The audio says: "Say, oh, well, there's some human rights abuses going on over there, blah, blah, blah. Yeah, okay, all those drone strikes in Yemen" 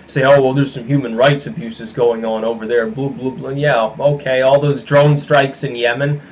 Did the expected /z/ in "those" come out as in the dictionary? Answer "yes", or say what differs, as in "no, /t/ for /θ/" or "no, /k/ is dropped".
yes